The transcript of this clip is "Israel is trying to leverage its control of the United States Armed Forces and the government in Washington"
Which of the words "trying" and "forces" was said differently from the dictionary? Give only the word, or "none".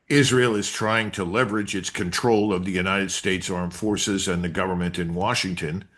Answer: none